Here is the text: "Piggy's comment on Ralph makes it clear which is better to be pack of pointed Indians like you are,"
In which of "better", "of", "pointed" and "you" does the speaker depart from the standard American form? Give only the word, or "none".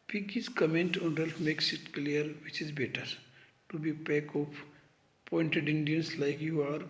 of